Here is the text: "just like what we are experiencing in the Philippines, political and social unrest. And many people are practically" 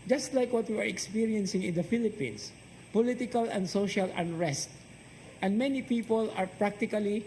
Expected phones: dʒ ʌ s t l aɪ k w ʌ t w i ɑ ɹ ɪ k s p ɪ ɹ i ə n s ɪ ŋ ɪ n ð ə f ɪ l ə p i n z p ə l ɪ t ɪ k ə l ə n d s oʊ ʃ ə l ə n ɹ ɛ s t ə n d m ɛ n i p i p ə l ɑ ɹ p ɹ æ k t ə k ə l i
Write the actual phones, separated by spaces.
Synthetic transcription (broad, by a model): dʒ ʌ s t l aɪ k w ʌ t w i ɑ ɹ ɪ k s p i ɹ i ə n s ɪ ŋ ɪ n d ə f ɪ l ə p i n s p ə l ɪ t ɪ k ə l ə n d s oʊ ʃ ə l ə n ɹ ɛ s t ə n d m ɛ n i p i p ə l ɑ ɹ p ɹ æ k t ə k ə l i